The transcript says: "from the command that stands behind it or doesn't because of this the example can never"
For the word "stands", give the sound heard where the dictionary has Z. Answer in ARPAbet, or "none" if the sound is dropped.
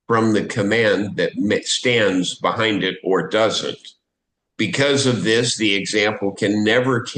Z